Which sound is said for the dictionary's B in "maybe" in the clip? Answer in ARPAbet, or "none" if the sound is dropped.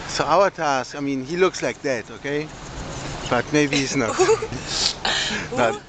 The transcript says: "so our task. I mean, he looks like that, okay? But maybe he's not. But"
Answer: none